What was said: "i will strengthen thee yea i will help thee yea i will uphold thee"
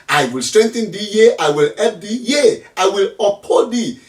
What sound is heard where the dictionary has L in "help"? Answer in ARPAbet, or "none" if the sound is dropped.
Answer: none